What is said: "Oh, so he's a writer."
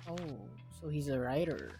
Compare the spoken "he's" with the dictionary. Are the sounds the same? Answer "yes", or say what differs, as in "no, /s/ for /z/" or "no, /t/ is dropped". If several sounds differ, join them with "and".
yes